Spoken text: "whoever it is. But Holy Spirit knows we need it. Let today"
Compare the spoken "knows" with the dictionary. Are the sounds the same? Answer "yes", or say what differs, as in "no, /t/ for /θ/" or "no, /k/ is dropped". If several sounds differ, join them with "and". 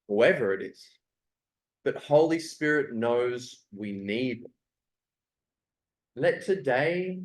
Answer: yes